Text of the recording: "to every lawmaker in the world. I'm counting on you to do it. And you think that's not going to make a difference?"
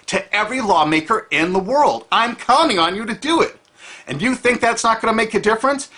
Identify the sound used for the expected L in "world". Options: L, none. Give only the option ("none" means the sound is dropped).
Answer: L